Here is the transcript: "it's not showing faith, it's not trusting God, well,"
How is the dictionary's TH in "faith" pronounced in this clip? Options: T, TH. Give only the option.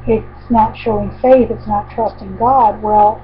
TH